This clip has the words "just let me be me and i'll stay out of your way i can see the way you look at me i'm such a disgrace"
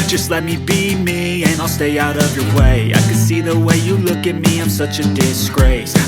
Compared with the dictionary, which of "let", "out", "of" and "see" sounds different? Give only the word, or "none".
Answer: none